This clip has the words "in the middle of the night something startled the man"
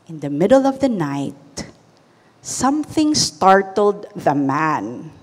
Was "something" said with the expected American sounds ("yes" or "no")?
yes